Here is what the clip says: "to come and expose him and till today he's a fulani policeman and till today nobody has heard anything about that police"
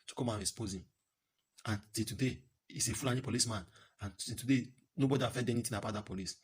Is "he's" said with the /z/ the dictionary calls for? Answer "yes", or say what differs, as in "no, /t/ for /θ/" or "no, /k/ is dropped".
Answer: no, /s/ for /z/